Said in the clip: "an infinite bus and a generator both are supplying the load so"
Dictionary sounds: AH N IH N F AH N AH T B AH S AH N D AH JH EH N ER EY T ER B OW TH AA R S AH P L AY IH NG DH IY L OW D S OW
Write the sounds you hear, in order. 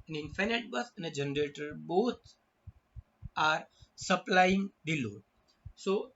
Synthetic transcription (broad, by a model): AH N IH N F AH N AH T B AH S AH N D AH JH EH N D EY T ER B OW T AA R S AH P L AY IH NG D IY L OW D S OW